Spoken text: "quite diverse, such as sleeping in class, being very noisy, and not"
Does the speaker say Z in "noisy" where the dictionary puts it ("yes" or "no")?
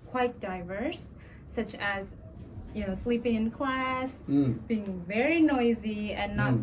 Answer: yes